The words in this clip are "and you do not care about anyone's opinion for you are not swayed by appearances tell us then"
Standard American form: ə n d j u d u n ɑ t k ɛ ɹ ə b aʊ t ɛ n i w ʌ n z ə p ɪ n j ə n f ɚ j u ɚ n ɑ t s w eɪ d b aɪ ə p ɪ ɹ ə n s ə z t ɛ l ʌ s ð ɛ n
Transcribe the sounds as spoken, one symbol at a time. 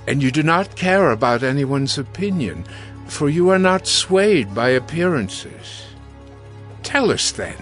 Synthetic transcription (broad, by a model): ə n j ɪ d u n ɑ t k ɛ ɹ ə b aʊ t ɛ n i w ʌ n z ə p ɪ n j ə n f ɚ j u ɚ n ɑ t s w eɪ d b aɪ ə p ɪ ɹ ə n s ə z t ɛ l ʌ s ð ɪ n